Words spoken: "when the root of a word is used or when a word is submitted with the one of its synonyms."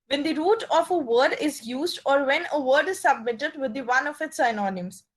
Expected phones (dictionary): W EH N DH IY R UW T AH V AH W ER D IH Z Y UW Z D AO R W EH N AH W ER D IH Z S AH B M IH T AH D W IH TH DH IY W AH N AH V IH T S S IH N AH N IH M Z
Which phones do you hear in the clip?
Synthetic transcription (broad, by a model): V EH N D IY R UW T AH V AH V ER D IH Z Y UW Z D AO R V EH N AH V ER D IH Z S AH B M IH T AH D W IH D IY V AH N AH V IH T S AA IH N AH N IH M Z